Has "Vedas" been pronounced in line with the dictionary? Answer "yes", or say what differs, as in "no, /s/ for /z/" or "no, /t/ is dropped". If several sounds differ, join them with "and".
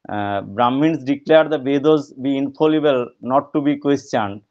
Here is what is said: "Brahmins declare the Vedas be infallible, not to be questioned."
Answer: no, /b/ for /v/